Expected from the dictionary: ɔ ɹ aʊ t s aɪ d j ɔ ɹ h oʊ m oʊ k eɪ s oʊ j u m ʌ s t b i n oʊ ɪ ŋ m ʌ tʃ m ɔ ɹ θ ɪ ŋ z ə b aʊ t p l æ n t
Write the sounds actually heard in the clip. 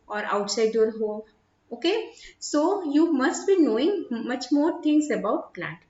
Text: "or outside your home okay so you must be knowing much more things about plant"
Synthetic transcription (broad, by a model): ɔ ɹ aʊ t s aɪ d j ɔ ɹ h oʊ oʊ k eɪ s oʊ j u m ʌ s t b i n oʊ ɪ ŋ m ʌ tʃ m ɔ ɹ t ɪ ŋ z ə b aʊ t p l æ n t